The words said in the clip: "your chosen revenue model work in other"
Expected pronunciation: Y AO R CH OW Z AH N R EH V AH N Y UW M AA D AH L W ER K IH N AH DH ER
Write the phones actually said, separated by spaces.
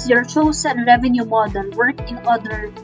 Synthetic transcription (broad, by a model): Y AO R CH OW S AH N R EH V AH N Y UW M AA D AH L W ER K IH N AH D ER